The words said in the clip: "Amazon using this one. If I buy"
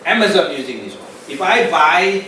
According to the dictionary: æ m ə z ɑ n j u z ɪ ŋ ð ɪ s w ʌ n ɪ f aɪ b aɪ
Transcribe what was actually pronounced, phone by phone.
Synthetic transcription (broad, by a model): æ m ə z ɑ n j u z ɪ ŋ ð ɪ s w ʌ ɪ f aɪ b aɪ